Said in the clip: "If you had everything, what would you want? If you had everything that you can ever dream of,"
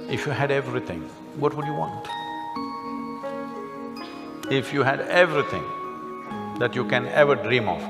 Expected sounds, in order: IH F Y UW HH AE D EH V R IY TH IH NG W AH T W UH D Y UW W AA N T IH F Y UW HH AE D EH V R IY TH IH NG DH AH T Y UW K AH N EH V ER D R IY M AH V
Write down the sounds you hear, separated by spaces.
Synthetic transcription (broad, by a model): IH F Y UW HH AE D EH V R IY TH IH NG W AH T W UH D Y UW W AA N T IH F Y UW HH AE D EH V R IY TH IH NG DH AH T Y UW K AH N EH V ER D R IY M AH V